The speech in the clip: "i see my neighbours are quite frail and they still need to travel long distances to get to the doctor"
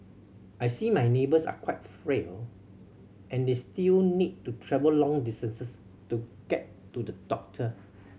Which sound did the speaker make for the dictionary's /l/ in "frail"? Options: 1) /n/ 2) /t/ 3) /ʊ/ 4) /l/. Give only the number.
4